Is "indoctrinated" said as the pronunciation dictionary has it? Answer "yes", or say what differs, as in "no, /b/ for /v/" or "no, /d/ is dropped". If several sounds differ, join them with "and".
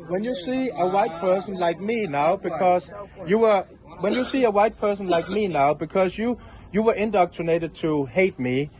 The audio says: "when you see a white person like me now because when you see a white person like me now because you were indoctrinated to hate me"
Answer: yes